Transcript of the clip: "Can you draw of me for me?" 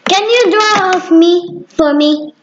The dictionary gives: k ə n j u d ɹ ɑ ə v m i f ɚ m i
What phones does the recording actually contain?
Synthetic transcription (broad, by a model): k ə n j u d ɹ ɑ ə f m i f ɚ m i